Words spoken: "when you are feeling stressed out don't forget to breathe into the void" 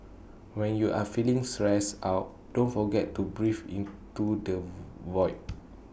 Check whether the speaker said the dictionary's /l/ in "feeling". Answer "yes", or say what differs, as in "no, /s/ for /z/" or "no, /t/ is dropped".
yes